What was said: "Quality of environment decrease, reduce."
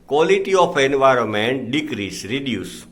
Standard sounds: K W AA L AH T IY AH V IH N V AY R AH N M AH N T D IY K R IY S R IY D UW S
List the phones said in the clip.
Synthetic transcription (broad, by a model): K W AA L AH T IY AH P IH N V AY R AH N M AH N T D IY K R IY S R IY D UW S